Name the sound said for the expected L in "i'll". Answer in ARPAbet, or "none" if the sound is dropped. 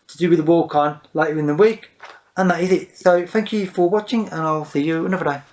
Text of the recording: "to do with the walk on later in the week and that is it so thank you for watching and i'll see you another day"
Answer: L